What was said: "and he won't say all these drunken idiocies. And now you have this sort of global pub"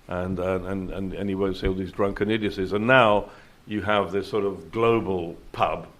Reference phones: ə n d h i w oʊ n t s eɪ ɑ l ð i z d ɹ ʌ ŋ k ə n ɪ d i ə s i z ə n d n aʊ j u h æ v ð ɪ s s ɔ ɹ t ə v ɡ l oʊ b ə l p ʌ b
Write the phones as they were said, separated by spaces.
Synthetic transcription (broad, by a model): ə n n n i w oʊ n t s eɪ ɑ l ð i z d ɹ ʌ ŋ k ə n ɪ d i ə s i z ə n n aʊ j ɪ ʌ v ð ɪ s s ɔ ɹ t ə v ɡ l oʊ b ə l p ʌ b